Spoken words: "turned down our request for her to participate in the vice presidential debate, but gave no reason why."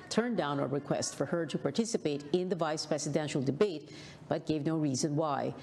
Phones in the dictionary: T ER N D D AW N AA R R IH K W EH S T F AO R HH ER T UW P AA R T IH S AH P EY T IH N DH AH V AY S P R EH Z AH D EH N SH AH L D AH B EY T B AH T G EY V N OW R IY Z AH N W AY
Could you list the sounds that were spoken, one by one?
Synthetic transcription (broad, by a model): T ER N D D AW N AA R R IH K W EH S T F AO R HH ER T UW P AA R T IH S AH P EY T IH N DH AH V AY S P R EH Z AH D EH N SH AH L D AH B EY T B AH T G EY V N OW R IY Z AH N W AY